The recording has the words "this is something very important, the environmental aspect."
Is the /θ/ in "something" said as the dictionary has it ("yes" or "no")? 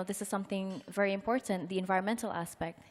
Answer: yes